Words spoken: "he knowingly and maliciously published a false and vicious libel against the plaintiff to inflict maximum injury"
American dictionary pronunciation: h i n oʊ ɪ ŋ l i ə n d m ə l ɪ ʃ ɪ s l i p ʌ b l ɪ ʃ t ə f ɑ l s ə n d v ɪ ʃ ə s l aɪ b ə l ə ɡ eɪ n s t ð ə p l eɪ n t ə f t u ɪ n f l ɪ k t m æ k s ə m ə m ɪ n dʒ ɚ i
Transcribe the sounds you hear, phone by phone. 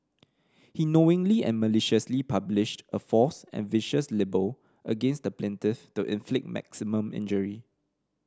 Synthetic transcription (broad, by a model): h i n oʊ ɪ ŋ l i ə n m ə l ɪ ʃ ɪ s l i p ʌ b l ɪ ʃ t ə f ɑ s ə n v ɪ ʃ ə s l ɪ b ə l ə ɡ eɪ n s t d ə p l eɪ n t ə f t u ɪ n f l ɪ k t m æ k s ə m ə m ɪ n dʒ ɚ i